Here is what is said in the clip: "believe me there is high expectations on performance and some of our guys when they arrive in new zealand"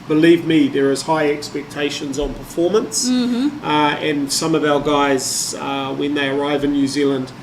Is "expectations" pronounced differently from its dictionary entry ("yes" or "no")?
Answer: no